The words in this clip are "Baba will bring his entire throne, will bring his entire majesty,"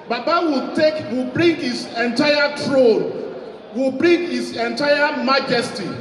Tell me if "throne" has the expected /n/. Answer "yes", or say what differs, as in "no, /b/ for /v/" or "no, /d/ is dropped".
no, /l/ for /n/